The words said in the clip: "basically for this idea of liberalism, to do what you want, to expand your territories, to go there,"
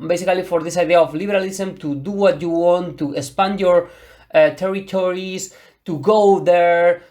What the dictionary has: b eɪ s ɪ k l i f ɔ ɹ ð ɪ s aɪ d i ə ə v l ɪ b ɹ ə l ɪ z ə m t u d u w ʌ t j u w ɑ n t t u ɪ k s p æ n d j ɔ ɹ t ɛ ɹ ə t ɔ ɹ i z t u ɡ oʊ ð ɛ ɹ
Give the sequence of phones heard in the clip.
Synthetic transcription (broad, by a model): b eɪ s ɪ k l i f ɔ ɹ ð ɪ s aɪ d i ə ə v l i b ɹ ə l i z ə m t u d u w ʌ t j u w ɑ n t t u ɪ s p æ n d j ɔ ɹ t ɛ ɹ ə t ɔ ɹ i s t u ɡ oʊ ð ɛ ɹ